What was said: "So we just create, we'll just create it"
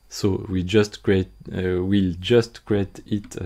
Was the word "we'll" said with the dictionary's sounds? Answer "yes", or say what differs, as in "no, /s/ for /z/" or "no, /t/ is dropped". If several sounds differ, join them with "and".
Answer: yes